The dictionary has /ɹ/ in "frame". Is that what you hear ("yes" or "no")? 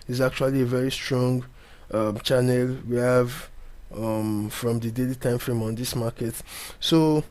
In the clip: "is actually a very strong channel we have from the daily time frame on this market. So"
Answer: yes